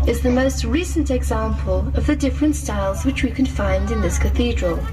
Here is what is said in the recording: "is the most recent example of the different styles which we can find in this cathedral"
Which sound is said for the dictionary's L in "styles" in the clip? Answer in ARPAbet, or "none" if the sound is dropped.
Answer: L